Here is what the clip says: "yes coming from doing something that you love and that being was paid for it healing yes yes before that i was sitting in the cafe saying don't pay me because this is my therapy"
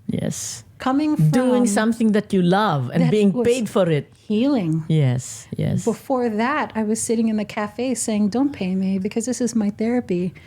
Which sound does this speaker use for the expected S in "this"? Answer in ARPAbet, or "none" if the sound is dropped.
S